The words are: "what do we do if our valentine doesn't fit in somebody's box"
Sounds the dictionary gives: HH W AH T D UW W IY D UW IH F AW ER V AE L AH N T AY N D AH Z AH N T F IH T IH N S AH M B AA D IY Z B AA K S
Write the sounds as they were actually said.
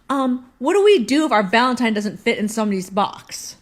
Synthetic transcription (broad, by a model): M W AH T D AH W IY D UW IH F AW ER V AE L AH N T AY N D AH Z AH N T F IH T IH N S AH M AH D IY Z B AA K S